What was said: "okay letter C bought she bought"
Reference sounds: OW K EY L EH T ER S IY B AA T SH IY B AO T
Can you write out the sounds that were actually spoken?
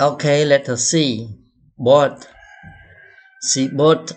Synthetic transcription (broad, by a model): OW K EY L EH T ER S IY B AA T S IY B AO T